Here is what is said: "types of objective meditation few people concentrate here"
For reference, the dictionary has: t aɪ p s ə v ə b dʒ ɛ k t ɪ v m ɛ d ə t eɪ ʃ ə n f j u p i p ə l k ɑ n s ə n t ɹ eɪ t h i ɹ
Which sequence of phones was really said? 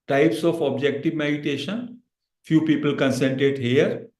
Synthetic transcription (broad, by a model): t aɪ p s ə f ə b dʒ ɛ k t ɪ v m ɛ d ə t eɪ ʃ ə n f j u p i p ə l k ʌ n s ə n t eɪ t h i ɹ